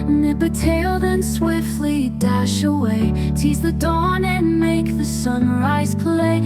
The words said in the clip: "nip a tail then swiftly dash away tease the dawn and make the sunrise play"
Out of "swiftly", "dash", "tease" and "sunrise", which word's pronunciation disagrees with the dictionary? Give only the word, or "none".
none